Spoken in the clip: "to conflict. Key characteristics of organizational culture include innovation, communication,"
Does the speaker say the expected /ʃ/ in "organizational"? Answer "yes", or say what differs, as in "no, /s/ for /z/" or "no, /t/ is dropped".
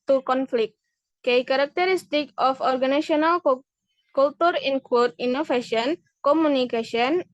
no, /ʃ/ is dropped